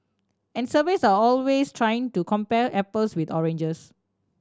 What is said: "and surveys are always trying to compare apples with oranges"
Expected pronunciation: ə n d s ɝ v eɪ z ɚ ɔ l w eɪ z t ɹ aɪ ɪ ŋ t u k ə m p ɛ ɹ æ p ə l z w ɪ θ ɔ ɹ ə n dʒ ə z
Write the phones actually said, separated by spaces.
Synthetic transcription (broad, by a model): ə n s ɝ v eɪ s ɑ ɔ l w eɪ s t ɹ aɪ ɪ ŋ t u k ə m p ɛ l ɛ p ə l s w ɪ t ɔ ɹ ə n dʒ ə s